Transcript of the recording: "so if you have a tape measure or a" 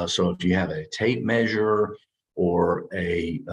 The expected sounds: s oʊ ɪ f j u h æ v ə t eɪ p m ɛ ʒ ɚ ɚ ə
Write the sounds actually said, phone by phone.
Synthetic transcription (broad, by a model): s oʊ ɪ f j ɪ v ə t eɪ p m ɛ ʒ ɚ ɚ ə